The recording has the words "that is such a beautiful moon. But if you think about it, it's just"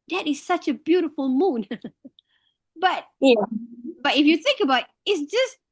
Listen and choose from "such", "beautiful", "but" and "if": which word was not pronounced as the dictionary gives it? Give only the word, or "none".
none